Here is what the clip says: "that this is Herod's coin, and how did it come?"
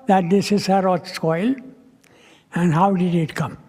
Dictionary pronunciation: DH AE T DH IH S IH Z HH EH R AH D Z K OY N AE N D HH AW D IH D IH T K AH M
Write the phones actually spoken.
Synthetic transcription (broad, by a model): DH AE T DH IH S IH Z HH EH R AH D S K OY L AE N HH AW D IH D IH T K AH M